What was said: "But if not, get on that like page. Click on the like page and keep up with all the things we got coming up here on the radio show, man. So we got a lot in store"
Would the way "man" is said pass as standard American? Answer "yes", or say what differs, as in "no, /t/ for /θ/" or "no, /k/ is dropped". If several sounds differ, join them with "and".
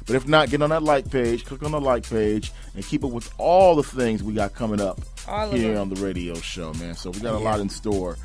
yes